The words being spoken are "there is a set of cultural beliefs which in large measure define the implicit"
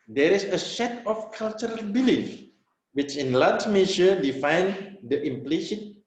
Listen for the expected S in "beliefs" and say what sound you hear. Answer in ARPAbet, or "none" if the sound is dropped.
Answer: none